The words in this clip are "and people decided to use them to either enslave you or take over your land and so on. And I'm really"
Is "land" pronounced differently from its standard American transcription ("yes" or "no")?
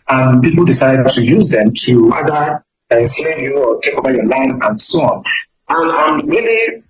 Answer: yes